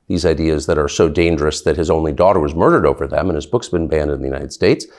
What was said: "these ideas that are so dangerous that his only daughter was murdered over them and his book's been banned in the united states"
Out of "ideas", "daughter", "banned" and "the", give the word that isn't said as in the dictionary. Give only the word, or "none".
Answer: none